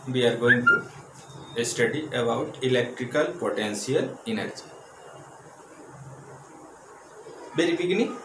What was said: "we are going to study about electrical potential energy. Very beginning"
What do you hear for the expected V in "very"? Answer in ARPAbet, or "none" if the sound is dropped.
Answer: B